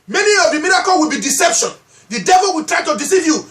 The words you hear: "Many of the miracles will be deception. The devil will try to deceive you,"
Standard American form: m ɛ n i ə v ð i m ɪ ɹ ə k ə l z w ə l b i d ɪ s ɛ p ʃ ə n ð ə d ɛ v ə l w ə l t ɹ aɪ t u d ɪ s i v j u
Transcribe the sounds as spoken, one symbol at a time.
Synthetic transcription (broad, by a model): m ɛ n i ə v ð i m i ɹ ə k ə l w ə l b i d ɪ s ɛ p ʃ ə n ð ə d ɛ v ə l w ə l t ɹ aɪ t u d ɪ s i v j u